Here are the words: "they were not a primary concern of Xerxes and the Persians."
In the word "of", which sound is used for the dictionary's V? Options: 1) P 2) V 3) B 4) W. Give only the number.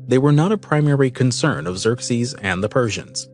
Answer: 2